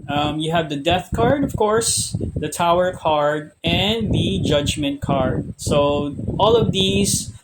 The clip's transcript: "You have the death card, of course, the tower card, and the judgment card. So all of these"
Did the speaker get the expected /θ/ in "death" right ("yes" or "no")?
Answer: yes